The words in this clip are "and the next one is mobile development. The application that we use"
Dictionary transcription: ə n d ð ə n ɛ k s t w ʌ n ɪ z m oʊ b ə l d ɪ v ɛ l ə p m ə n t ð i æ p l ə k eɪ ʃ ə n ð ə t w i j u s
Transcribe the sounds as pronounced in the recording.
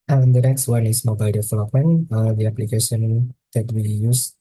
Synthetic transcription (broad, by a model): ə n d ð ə n ɛ k s t w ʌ n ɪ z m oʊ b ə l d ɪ f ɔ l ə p ə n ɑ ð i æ p l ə k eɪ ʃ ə n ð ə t w i j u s